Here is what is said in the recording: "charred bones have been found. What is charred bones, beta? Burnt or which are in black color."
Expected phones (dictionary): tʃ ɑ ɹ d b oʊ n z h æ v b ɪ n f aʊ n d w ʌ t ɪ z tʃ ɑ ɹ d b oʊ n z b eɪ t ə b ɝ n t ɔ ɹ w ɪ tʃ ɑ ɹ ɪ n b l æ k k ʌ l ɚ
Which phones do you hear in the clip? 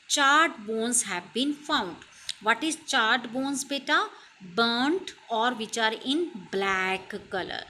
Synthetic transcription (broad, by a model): tʃ ɑ ɹ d b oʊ n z h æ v b ɪ n f aʊ n d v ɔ t ɪ z tʃ ɑ ɹ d b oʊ n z b eɪ t ə b ɝ n t ɔ ɹ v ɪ tʃ ɑ ɹ ɪ n b l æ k k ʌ l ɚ